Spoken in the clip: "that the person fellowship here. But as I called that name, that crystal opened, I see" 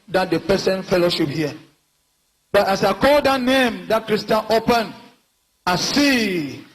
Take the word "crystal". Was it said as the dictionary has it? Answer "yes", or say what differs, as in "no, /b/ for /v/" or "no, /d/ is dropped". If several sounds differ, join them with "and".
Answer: no, /n/ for /l/